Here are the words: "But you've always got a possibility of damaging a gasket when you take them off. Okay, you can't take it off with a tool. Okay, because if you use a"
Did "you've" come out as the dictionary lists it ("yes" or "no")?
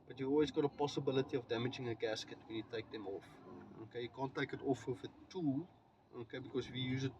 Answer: no